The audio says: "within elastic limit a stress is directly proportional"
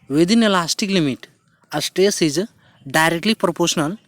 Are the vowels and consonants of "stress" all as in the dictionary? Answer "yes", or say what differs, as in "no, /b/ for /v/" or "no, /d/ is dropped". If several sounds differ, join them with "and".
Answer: no, /ɹ/ is dropped